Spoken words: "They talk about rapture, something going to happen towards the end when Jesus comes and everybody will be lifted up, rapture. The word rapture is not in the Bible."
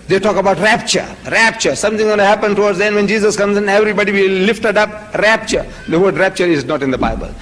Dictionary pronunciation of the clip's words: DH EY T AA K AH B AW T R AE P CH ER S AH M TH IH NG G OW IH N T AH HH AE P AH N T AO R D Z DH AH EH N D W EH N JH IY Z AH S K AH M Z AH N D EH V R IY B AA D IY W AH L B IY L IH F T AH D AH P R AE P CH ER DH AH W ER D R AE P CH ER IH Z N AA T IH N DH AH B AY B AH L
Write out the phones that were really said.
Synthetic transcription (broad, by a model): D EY T AA K AH B AW T R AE P CH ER S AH M T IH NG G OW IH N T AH HH AE P AH N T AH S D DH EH N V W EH N JH IY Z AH S K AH M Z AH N EH V R IY B AA D IY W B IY L IH F T AH D AH P R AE P CH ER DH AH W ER D R AE P CH ER IH Z N AA T IH N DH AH B AY B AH L